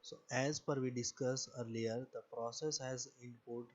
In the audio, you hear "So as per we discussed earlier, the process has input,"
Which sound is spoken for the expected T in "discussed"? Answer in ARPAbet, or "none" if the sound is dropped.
none